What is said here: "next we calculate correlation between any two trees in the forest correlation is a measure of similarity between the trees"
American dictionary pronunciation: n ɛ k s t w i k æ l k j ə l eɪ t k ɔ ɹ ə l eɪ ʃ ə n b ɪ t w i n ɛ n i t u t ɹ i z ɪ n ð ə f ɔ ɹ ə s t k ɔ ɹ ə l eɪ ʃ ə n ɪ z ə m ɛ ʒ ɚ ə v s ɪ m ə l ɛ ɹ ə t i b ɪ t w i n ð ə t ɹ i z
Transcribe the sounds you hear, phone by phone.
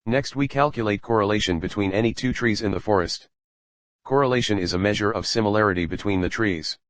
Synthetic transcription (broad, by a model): n ɛ k s t w i k æ l k j ə l eɪ t k ɔ ɹ ə l eɪ ʃ ə n b ɪ t w i n ɛ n i t u t ɹ i z ɪ n ð ə f ɔ ɹ ə s t k ɔ ɹ ə l eɪ ʃ ə n ɪ z ə m ɛ ʒ ɚ ə v s ɪ m ə l ɛ ɹ ə t i b ɪ t w i n ð ə t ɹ i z